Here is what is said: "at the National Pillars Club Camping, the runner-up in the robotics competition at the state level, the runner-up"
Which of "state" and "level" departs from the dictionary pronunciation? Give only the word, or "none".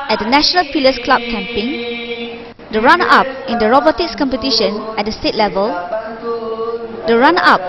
none